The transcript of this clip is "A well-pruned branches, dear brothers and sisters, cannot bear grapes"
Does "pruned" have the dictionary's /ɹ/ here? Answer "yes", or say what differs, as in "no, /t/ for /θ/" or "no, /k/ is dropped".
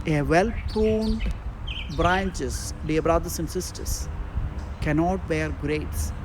no, /ɹ/ is dropped